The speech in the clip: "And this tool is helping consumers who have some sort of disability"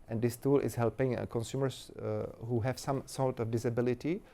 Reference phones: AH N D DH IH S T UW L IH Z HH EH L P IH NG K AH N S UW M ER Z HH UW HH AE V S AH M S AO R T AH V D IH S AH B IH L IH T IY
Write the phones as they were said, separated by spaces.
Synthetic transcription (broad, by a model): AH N D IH S T UW L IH S HH EH L P IH NG K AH N S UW M ER S HH UW HH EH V S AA M S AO L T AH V D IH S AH B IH L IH T IY